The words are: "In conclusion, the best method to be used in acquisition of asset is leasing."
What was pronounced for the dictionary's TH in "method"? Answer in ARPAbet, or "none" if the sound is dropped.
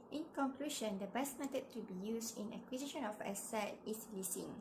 T